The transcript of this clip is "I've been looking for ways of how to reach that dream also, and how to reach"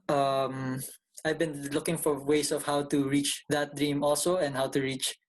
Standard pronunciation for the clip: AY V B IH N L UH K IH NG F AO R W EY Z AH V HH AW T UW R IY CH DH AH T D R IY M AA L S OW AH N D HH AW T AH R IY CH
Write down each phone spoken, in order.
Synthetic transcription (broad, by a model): AY V B IH N L UH K IH NG F AO R W EY S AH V HH AW T UW R IY CH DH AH T D R IY M AA L S OW AH N D HH AW T AH R IY CH